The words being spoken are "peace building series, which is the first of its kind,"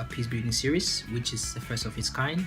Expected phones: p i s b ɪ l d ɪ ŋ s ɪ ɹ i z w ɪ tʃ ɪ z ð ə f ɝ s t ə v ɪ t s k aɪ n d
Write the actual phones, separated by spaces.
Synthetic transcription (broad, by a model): p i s b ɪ d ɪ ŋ s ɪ ɹ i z w ɪ tʃ ɪ z ð ə f ɝ s t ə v ɪ t s k aɪ n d